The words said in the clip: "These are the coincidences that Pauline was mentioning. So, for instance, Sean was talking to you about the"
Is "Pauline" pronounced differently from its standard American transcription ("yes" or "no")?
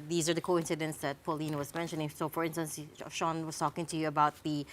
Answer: no